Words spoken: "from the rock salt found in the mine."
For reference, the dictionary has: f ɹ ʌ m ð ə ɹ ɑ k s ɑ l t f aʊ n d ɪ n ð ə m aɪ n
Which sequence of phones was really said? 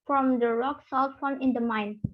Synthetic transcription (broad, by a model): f ɹ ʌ m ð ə ɹ ɑ k s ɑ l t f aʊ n ɪ n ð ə m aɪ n